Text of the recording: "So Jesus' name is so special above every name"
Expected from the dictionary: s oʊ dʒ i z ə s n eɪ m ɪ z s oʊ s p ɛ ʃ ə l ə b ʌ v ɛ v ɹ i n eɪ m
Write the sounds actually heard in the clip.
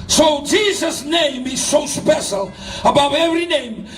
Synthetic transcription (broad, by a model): s oʊ dʒ i z ə s n eɪ m ɪ z s oʊ s p ɛ ʃ ə l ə b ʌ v ɛ v ɹ i n eɪ m